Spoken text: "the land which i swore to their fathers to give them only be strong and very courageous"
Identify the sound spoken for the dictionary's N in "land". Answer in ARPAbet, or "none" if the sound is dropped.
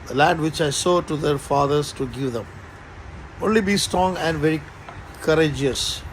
none